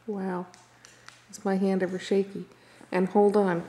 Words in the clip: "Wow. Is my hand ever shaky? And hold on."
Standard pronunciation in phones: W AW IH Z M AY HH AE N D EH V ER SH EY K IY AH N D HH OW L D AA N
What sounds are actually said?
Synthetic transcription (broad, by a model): W AW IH S M AY HH AE N D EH V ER SH EY K IY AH N HH OW L D N